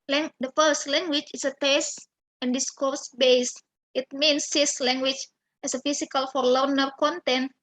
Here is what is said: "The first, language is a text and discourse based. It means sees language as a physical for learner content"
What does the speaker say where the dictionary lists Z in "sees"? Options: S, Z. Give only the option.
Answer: S